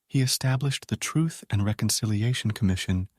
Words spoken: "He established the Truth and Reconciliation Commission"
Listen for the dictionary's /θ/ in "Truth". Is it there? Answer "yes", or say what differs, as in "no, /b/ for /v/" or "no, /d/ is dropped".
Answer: yes